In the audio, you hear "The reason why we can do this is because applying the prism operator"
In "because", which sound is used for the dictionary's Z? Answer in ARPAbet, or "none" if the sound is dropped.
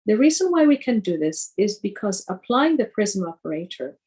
Z